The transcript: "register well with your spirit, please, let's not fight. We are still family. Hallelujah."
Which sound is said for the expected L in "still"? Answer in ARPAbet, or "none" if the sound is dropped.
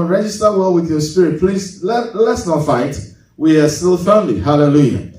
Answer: L